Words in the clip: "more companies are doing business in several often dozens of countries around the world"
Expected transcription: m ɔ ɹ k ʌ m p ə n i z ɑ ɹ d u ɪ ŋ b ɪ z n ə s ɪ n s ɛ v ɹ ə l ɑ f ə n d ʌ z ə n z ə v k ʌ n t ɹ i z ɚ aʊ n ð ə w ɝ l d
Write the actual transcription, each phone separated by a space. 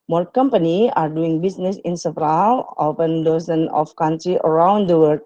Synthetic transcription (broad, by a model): m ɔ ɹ k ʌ m p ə n i ɑ ɹ d u ɪ ŋ b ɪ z n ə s ɪ n s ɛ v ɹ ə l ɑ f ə n d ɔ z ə n ə f k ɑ n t ɹ i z ɚ aʊ n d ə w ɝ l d